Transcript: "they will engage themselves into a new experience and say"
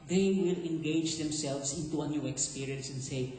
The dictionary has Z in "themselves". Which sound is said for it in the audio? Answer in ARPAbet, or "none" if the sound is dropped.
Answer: S